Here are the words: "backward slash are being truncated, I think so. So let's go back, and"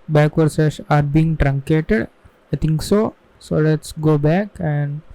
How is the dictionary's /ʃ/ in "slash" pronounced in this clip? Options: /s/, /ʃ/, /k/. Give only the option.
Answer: /s/